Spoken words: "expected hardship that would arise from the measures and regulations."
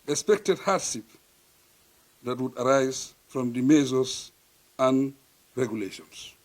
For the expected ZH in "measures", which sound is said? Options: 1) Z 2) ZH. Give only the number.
1